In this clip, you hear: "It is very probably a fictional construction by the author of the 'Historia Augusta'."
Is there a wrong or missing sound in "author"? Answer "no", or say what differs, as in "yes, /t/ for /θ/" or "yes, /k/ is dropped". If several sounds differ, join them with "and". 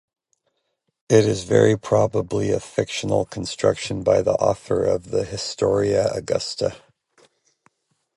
no